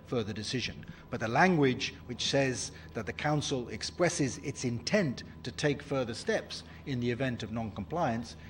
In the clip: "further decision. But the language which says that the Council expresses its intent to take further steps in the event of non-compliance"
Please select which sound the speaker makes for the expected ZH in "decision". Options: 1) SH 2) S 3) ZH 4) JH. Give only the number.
3